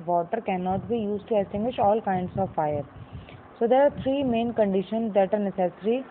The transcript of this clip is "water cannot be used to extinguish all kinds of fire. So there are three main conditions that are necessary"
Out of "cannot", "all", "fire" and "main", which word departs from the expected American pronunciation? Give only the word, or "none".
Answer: none